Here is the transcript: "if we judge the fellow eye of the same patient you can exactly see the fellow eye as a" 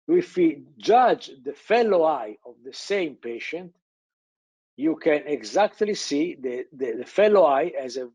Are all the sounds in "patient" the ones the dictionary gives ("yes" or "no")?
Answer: yes